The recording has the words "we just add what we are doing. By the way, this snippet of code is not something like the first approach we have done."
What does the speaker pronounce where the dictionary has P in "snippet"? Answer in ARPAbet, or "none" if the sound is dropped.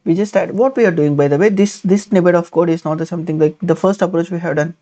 B